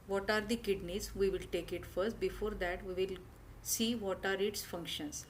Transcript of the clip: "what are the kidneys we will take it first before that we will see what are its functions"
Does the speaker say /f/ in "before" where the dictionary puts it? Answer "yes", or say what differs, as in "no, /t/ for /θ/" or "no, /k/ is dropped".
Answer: yes